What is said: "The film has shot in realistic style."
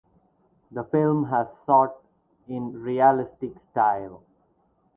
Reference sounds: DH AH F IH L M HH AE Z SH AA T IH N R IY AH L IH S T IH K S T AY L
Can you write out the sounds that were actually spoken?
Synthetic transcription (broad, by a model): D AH F IH L M HH AE Z S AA T IH N R IY AH L IH S T IH K S T AY L